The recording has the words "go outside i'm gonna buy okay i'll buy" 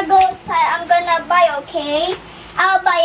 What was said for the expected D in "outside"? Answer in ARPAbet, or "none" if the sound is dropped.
none